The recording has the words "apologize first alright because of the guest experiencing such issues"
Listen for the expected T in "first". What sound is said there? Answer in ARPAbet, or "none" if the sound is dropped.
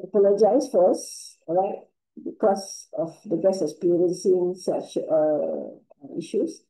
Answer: none